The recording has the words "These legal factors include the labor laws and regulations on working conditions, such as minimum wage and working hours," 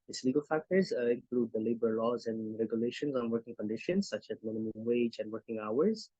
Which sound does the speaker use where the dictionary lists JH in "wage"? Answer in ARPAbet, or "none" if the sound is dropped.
JH